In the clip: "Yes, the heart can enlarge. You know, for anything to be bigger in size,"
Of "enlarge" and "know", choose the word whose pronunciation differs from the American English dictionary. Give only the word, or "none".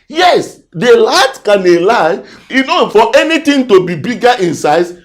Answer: enlarge